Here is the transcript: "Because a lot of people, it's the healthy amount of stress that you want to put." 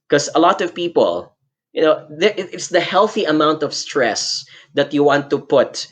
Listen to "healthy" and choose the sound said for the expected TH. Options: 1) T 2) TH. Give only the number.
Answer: 2